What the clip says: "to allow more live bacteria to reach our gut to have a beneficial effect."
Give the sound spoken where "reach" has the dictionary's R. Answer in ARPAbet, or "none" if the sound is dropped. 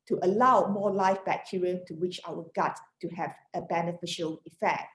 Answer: W